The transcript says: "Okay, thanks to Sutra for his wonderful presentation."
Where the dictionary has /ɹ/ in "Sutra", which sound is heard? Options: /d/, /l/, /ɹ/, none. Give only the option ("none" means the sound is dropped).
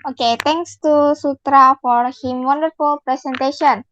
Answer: /ɹ/